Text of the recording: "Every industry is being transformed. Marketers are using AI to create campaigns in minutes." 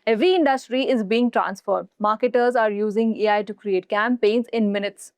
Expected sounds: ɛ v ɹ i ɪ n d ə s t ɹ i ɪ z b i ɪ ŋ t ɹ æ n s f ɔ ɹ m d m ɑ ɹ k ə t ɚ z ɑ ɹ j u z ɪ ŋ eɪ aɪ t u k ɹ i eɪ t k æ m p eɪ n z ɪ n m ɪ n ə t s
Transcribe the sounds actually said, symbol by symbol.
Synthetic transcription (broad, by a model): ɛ v ɹ i ɪ n d ə s t ɹ i ɪ z b i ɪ ŋ t ɹ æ n s f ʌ ɹ d m ɑ ɹ k ə t ɚ z ɑ ɹ j u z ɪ ŋ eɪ aɪ t u k ɹ i eɪ t k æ m p eɪ n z ɪ n m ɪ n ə t s